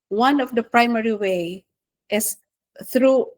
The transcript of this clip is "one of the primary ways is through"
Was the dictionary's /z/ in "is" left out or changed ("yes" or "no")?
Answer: yes